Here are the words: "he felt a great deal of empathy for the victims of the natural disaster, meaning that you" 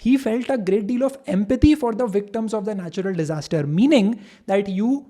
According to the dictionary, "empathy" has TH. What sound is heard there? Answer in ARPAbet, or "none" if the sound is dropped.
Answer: T